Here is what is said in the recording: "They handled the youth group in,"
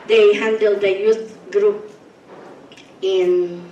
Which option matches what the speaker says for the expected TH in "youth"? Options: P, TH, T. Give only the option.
T